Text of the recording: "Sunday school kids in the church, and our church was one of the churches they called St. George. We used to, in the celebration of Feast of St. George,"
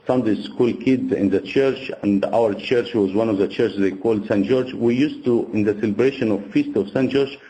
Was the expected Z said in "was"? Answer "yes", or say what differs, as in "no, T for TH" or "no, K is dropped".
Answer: yes